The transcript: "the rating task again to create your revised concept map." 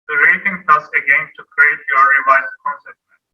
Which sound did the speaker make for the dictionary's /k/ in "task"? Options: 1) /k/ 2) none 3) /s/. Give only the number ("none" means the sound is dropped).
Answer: 2